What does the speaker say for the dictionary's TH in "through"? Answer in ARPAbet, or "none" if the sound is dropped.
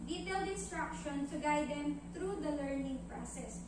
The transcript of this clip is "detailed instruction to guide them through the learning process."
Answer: T